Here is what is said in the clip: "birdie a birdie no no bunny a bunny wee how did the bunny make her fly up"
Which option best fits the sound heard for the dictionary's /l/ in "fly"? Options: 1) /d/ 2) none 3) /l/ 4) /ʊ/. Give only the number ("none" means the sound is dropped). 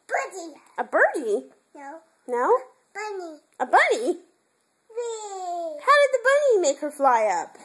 3